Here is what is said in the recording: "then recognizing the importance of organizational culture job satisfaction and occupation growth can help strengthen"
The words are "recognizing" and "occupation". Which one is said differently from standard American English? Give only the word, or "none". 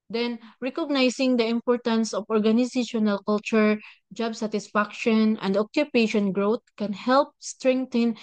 recognizing